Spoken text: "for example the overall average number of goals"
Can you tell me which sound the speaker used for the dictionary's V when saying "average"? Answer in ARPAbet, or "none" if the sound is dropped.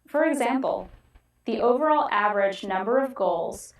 V